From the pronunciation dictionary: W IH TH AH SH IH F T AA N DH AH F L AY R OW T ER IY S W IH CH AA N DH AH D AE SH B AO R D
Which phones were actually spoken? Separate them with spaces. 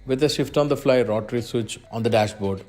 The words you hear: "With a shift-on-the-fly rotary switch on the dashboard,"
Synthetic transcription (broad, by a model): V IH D AH SH IH F T AA N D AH F L AY R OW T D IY S W IH CH AA N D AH D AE SH B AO R D